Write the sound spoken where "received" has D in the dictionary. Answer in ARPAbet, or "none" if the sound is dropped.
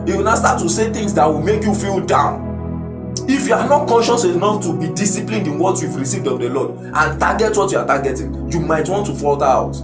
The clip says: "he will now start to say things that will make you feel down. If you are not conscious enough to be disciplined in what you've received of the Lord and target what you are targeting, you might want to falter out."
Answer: D